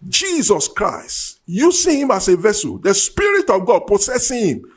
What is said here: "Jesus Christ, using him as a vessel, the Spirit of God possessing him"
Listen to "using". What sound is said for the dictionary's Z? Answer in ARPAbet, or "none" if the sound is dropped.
S